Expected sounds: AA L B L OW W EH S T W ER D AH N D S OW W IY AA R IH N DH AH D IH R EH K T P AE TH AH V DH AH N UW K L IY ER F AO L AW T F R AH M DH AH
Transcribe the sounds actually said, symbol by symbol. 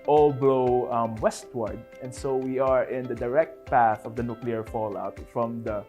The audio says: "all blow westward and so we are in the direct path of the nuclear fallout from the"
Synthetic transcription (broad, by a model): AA L B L OW W EH S T W ER D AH N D S OW W IY AA R IH N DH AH D IH R EH K T P AE TH AH V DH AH N UW K L IY ER F AO L AW T F R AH M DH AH